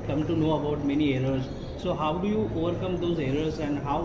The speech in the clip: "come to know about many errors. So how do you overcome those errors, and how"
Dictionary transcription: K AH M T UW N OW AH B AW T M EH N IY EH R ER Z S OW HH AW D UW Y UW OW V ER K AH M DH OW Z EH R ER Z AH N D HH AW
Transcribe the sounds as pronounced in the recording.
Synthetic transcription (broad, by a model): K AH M T UW N OW AH B AW T M EH N IY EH R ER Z S OW HH AW D UW Y UW OW V ER K AH M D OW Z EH R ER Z AH N D HH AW